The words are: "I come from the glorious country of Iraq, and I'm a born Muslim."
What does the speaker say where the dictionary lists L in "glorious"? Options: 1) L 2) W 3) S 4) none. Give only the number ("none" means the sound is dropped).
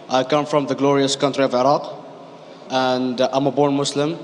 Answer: 1